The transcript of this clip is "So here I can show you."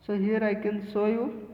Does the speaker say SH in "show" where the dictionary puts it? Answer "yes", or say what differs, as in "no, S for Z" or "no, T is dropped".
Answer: no, S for SH